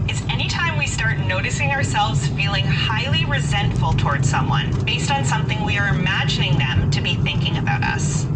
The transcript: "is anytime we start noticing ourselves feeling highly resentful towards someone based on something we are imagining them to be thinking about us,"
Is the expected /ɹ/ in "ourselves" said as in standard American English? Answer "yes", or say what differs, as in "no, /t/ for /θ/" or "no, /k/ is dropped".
yes